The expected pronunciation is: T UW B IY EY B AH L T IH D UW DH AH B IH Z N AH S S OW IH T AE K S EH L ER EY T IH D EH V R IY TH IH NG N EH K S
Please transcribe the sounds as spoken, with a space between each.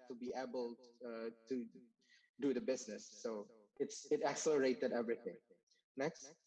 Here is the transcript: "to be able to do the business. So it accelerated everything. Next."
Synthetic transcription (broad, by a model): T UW B IY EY B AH L T IH D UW DH AH B IH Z N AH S S OW IH T AE K S EH L ER EY T IH D EH V R IY TH IH NG N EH K S